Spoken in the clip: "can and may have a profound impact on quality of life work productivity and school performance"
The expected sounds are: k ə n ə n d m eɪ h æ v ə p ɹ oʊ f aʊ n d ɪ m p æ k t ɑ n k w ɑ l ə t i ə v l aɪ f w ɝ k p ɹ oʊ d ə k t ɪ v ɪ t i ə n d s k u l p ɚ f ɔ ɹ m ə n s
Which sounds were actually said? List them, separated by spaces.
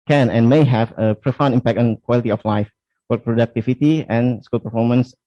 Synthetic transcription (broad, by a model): k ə n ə n m eɪ h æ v ə p ɹ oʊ f aʊ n ɪ m p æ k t ɑ n k w ɑ l ə t i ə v l aɪ f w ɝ p ɹ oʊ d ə k t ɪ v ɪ t i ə n s k u l p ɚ f ɔ m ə n s